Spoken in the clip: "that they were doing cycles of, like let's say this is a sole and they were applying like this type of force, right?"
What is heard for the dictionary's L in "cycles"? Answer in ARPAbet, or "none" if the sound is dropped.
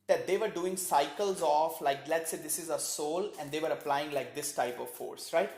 L